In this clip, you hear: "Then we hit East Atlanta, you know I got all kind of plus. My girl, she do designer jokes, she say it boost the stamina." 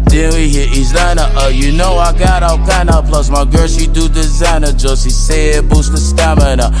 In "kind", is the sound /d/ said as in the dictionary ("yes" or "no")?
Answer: no